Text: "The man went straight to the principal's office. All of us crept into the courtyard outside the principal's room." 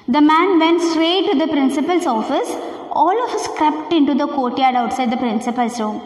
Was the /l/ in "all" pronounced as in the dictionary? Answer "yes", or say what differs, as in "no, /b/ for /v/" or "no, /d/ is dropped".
yes